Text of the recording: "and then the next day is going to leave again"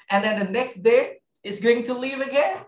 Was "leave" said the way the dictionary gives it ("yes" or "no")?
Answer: yes